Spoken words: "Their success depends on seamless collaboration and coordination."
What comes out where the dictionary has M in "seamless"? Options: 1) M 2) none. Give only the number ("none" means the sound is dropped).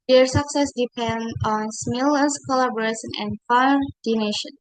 2